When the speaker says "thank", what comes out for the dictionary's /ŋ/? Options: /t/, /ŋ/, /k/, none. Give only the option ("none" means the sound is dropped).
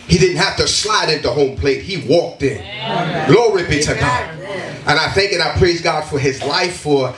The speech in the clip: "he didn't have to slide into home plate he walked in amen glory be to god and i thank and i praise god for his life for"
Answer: /ŋ/